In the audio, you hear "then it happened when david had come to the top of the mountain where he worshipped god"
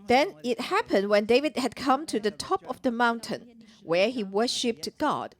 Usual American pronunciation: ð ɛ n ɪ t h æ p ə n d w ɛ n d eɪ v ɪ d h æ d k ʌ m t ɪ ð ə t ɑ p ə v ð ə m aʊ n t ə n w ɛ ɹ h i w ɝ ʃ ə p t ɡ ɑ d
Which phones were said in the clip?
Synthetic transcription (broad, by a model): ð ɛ n ɪ t h æ p ə n d w ɛ n d eɪ v ɪ d h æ d k ʌ m t ɪ ð ə t ɑ p ə v ð ə m aʊ n t ə n w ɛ ɹ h i w ɝ ʃ ə p t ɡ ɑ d